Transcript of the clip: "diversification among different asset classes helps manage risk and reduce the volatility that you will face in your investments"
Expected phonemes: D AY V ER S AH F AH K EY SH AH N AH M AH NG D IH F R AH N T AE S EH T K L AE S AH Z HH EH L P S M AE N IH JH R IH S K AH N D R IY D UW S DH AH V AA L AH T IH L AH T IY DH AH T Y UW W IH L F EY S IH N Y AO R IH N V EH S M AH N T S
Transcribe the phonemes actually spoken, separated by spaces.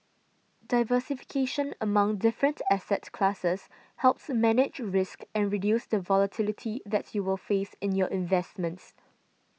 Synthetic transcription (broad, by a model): D AY V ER S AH F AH K EY SH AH N AH M AH NG D IH F R AH N T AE S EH T K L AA S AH S HH EH L P S M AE N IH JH R IH S K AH N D R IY D UW S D AH V AA L AH T IH L AH T IY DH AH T Y UW W IH L F EY S IH N Y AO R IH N V EH S M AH N T S